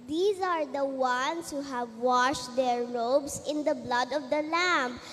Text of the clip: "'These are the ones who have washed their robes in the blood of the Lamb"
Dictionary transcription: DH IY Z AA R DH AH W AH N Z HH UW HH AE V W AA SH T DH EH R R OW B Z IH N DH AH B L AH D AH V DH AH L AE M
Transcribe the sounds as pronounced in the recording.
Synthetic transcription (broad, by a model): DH IY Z AA R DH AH W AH N S HH UW HH AE V W AA SH T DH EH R R OW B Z IH N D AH B L AH D AH V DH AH L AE M